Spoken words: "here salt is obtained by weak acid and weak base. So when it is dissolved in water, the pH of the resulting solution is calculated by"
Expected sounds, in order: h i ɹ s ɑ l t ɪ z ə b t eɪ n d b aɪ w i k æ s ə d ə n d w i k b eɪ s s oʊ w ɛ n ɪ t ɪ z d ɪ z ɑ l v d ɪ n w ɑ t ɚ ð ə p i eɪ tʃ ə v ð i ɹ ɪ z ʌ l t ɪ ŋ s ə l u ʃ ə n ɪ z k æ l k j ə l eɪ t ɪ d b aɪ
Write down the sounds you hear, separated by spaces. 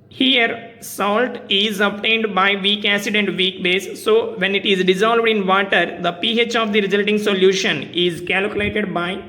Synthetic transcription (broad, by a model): h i ɹ s ɑ l t ɪ z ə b t eɪ n d b aɪ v i k æ s ə d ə n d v i k b eɪ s s oʊ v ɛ n ɪ t ɪ z d ɪ z ɑ l v d ɪ n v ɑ t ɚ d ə p i eɪ tʃ ə v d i ɹ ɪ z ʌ l t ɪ ŋ s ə l u ʃ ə n ɪ z k æ l k j ə l eɪ t ɪ d b aɪ